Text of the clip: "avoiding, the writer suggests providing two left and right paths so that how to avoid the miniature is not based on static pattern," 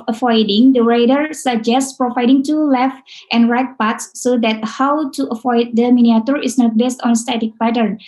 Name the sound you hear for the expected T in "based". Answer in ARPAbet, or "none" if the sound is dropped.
T